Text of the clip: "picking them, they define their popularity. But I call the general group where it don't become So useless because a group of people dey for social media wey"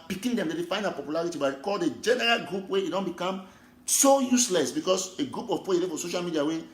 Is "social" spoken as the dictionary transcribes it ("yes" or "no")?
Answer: yes